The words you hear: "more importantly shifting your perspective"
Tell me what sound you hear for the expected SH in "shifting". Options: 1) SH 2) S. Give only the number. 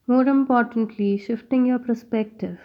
1